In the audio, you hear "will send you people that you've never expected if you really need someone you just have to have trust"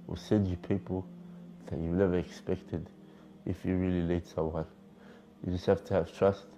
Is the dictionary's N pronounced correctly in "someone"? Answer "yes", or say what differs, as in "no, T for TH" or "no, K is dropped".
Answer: no, L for N